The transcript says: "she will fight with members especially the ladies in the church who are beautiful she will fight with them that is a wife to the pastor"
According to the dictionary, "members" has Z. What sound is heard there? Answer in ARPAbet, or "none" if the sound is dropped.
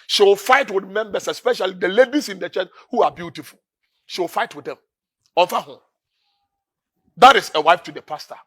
S